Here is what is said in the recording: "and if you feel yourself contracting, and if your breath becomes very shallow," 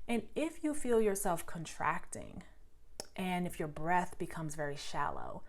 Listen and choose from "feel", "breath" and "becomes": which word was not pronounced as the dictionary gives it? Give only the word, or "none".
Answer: none